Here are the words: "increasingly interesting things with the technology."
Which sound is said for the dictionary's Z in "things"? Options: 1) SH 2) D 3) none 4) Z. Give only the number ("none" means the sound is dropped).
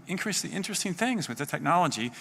4